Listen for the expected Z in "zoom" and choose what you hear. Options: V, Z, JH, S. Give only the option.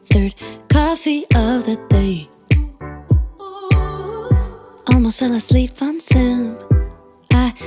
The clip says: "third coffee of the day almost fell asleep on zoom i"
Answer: S